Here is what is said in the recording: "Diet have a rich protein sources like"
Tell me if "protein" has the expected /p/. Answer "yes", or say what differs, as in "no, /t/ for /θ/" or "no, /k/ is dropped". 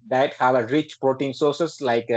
yes